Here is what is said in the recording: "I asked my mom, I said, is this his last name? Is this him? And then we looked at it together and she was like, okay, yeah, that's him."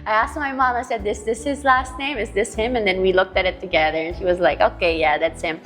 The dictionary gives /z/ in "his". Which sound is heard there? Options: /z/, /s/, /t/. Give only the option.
/z/